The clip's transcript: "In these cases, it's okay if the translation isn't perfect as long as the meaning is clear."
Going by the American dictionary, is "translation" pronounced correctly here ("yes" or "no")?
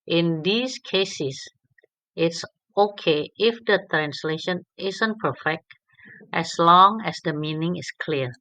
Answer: yes